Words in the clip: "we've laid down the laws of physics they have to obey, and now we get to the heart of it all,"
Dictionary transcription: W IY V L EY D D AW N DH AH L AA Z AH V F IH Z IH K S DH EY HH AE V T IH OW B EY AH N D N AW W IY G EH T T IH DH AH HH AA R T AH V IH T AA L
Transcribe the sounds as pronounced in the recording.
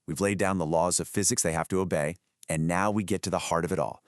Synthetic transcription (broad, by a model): W IY V L EY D D AW N DH AH L AA Z AH V F IH Z IH K S DH EY HH AE F T IH OW B EY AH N N AW W IY G EH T T IH DH AH HH AA R T AH V IH T AA L